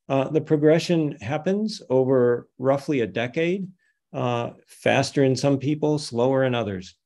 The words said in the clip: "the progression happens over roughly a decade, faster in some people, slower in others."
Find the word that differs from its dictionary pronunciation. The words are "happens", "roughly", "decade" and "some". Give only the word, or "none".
none